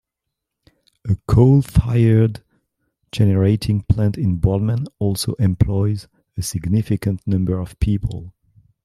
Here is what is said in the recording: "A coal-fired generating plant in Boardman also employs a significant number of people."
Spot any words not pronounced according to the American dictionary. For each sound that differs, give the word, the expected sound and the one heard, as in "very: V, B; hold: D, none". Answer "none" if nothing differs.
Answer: none